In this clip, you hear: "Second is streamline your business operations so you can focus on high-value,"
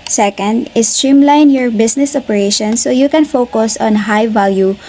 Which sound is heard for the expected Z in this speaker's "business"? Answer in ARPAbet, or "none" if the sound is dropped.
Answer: S